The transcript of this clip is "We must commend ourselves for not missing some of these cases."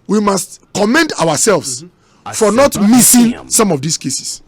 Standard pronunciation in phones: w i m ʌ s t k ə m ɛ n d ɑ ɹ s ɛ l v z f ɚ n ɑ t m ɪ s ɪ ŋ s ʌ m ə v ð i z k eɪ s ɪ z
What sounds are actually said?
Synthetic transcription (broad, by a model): w i m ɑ s t k ə m ɛ n d ɑ w s ɛ l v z f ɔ n ɑ t m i s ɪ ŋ s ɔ m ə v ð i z k eɪ s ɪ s